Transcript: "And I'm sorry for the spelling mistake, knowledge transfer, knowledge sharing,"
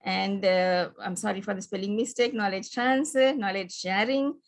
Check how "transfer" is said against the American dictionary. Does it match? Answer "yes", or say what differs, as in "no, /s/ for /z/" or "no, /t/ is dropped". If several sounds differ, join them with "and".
no, /f/ is dropped